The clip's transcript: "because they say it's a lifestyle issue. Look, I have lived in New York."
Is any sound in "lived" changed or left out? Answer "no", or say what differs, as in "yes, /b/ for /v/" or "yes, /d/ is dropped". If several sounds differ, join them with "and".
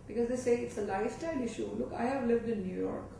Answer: no